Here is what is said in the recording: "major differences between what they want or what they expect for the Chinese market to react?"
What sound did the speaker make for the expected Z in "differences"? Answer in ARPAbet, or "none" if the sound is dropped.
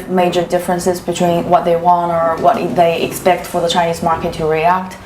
Z